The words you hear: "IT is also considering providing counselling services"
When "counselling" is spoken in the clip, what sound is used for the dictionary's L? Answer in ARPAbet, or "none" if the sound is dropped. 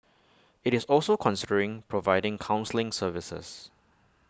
L